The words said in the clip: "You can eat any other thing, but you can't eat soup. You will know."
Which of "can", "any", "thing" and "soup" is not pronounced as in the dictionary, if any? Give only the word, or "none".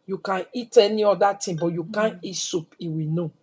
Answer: thing